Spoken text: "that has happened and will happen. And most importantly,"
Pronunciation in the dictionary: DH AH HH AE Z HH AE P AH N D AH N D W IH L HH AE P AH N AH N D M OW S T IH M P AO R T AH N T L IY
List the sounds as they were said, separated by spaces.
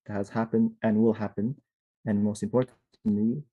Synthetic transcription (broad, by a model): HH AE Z HH AE P AH N D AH N W IH L HH AE P AH N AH N M OW S T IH M P AO R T T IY